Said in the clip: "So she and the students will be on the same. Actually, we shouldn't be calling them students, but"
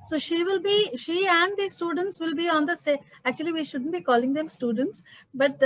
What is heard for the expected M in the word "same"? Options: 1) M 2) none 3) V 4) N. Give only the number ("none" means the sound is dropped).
2